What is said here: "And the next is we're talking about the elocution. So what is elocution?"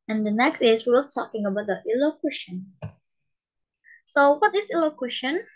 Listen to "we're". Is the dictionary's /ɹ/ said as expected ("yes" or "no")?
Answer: no